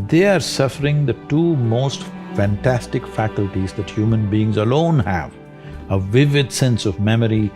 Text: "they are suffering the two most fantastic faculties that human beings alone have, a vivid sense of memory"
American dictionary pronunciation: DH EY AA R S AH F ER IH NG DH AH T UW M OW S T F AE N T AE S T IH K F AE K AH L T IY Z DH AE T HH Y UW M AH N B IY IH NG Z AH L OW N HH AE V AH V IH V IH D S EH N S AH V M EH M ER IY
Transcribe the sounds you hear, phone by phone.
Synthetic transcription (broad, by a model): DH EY AA R S AH F ER IH NG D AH T UW M OW S T F AE N T AE S T IH K F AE K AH L T IY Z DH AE T HH Y UW M AH N B IY IH NG Z AH L OW N HH AE V AH V IH V IH D S EH N S AH V M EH M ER IY